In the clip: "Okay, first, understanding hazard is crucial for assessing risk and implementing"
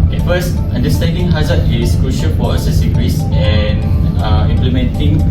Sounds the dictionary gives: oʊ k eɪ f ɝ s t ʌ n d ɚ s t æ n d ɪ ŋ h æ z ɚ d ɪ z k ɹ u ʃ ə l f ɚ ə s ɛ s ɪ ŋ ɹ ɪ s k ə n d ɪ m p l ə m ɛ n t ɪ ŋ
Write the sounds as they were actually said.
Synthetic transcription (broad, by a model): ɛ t f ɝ s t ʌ n d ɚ s t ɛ n d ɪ ŋ h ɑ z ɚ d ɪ s k ɹ u ʃ ə l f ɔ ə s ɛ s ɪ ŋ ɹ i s ə n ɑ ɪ m p l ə m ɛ n t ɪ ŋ